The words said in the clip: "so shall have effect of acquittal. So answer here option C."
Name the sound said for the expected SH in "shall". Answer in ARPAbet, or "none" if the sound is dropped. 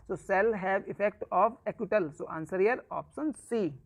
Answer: S